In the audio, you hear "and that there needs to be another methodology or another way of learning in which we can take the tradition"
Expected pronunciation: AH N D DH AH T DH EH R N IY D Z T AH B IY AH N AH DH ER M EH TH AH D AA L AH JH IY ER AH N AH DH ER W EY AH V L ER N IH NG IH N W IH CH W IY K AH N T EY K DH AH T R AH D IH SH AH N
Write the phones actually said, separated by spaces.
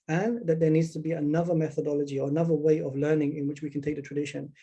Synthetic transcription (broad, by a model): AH N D DH AH T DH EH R N IY D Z T AH B IY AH N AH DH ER M EH TH AH D AA L AH JH IY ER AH N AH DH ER W EY AH V L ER N IH NG IH N W IH CH W IY K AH N T EY K DH AH T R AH D IH SH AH N